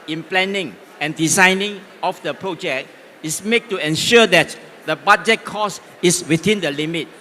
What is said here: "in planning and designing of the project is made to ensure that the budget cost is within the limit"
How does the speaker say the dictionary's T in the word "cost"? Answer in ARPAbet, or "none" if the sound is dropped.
none